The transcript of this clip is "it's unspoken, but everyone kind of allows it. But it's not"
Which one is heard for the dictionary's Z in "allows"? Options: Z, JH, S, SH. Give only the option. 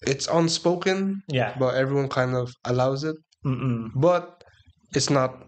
Z